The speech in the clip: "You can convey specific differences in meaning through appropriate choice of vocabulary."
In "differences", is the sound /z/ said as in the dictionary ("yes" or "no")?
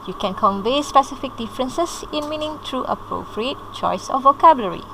no